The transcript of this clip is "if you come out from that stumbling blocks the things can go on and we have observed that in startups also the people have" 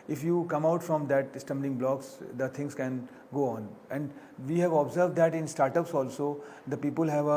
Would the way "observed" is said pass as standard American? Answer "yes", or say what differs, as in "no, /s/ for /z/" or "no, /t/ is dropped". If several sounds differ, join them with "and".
yes